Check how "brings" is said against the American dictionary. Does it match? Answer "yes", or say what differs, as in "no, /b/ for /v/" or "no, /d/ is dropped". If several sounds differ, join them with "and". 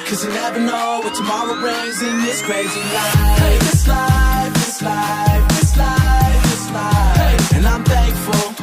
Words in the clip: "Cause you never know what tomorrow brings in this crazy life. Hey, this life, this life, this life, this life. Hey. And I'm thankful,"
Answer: no, /ŋ/ is dropped